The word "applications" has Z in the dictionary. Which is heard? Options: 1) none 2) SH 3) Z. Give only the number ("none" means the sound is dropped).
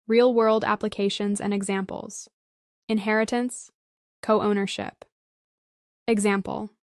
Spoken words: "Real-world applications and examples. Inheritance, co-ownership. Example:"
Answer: 3